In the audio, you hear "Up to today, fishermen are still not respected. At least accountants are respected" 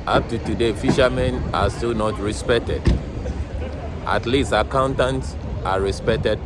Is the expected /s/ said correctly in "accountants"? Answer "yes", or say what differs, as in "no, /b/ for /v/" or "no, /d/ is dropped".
yes